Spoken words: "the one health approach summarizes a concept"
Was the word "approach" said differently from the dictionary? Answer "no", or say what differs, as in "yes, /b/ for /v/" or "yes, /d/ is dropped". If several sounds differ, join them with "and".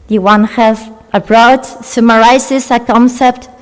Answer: yes, /b/ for /p/